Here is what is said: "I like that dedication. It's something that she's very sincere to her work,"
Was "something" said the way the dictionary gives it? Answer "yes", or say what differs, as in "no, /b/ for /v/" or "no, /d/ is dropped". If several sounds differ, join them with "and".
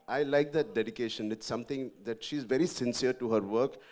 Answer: no, /t/ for /θ/